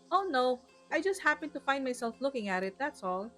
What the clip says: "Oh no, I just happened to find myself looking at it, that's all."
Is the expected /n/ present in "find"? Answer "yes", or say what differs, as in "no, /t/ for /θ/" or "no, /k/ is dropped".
no, /n/ is dropped